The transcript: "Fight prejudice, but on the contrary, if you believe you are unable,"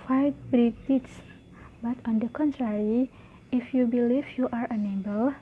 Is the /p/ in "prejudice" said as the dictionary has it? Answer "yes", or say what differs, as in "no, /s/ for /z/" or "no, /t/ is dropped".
no, /b/ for /p/